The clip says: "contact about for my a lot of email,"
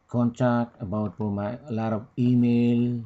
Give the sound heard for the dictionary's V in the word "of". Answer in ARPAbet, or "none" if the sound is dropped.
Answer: P